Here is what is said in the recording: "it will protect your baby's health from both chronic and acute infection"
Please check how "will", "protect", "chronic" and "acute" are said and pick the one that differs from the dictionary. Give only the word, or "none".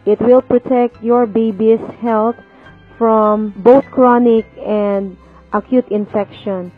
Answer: none